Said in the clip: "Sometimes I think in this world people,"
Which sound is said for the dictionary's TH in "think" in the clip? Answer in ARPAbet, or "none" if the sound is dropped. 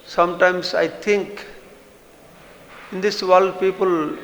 T